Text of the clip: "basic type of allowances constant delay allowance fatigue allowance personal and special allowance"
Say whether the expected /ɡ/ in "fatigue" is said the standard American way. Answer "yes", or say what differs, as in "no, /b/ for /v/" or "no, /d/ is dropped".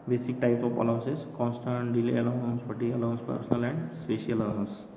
no, /ɡ/ is dropped